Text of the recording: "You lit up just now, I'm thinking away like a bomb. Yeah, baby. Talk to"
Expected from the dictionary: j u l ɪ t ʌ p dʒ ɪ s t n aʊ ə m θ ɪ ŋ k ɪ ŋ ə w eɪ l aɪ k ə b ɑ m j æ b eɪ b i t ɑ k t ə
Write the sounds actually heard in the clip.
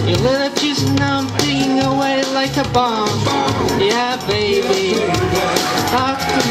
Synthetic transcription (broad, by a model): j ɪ l ɪ t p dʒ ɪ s n ə m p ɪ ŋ ɪ ŋ ə w eɪ l aɪ k ə b ɑ m j æ b eɪ b i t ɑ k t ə